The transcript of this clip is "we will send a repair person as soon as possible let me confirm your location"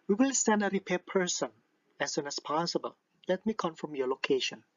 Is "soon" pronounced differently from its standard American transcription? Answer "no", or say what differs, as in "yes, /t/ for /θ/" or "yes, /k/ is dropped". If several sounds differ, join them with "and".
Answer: no